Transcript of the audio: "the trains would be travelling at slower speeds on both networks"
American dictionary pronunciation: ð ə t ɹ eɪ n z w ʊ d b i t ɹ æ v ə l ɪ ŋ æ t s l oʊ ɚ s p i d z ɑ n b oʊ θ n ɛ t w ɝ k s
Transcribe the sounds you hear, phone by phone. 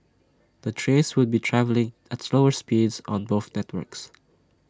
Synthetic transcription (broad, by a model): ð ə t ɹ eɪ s w ʊ d b i t ɹ æ v ə l ɪ ŋ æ t s l oʊ ɚ s p i d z ɑ n b oʊ θ n ɛ t w ɝ k s